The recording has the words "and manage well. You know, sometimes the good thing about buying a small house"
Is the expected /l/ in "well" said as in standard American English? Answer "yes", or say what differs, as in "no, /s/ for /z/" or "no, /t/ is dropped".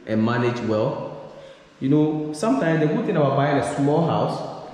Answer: yes